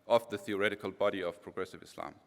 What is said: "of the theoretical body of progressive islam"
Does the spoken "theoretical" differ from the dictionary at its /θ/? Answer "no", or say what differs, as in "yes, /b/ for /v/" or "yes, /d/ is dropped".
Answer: no